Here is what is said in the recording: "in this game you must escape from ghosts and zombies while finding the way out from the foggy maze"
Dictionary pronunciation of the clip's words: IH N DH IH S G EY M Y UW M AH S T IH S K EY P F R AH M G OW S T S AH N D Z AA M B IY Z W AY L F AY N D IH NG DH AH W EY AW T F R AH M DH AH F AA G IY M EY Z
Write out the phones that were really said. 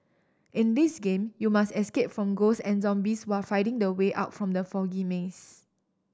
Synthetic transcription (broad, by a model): IH N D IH S G EY M Y UW M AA S T IH S K EY P F R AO M G OW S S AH N Z AA M B IY S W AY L F AY D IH NG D AH W EY AW T F R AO M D AH F AA G IY M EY S